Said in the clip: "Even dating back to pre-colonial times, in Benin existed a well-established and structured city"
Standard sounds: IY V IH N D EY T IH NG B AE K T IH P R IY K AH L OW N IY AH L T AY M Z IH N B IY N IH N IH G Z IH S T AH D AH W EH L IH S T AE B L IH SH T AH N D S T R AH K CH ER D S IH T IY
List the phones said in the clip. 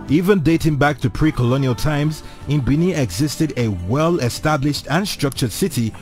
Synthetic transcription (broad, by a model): IY V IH N D EY T IH NG B AE K T IH P R IY K AH L OW N IY AH L T AY M Z IH N B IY N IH IH G Z IH S T AH D AH W EH L IH S T AE B L IH SH T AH N S T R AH K CH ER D S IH T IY